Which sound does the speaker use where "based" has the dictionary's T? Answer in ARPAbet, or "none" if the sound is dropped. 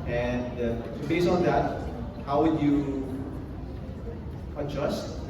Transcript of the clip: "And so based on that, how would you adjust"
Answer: none